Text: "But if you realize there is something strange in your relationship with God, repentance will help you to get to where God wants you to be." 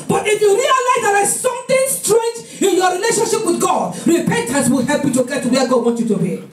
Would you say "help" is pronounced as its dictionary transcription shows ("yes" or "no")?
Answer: yes